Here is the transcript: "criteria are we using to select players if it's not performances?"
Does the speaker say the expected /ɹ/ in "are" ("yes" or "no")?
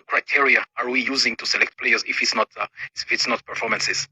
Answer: yes